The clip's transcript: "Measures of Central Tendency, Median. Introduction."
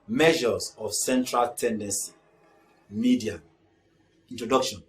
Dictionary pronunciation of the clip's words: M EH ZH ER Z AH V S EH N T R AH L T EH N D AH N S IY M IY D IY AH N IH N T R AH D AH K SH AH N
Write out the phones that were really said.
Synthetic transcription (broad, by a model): M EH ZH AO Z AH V S EH N T R AH L T EH N D AH N S IY M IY D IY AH IY N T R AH D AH K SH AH N